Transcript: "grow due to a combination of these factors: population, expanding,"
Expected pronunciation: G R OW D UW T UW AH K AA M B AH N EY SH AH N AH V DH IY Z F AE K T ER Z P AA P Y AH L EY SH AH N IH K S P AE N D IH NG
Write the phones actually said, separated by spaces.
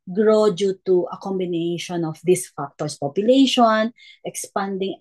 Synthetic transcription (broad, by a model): G R OW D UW T UW AH K AA M B AH N EY SH AH N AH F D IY S F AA K T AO S P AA P Y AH L EY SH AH N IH K S P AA N D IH NG